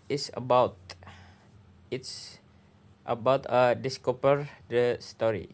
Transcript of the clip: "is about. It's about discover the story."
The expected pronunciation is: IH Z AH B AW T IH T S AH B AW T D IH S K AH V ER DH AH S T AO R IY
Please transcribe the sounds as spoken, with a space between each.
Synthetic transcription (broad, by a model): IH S AH B AW T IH T S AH B AW T D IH S K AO P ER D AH S T AO R IY